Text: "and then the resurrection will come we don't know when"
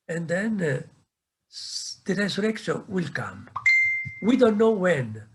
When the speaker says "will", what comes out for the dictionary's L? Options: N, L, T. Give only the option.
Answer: L